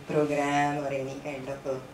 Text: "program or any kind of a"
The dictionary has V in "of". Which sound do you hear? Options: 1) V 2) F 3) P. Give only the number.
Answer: 3